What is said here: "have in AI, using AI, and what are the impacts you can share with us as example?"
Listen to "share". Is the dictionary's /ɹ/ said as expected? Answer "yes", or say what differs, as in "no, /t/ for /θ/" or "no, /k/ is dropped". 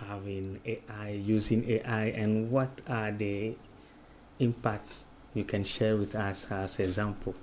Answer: yes